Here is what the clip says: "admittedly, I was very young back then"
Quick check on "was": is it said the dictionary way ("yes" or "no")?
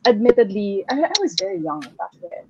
yes